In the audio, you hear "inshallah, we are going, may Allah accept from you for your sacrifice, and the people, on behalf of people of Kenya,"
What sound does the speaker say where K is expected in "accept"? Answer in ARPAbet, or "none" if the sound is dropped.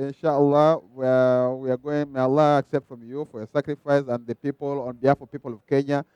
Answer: K